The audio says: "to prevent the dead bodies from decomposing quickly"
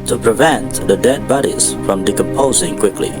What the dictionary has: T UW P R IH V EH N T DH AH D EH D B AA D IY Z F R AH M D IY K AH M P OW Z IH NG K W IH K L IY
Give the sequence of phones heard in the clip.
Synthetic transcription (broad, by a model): T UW P R IH V EH N T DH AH D EH D B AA D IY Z F R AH M D IY K AH M P OW Z IH NG K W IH K L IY